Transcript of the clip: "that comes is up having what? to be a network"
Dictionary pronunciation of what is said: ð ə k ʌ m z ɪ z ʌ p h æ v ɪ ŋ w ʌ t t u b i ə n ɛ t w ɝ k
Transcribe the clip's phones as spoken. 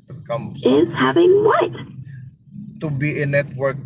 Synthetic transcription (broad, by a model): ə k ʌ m ɪ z h æ v ɪ ŋ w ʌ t t u b i ə n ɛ t w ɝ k